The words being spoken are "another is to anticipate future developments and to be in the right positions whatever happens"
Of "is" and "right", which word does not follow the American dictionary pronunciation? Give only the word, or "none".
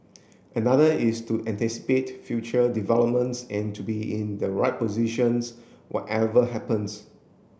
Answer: is